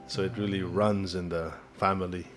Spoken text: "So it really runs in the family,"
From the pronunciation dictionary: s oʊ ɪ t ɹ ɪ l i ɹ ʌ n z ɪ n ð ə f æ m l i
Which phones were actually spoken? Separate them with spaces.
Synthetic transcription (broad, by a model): s oʊ ɪ t ɹ ɪ l i ɹ ʌ n z ɪ n ð ə f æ m l i